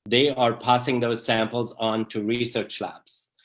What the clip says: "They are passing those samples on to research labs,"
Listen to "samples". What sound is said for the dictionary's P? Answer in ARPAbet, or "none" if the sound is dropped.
P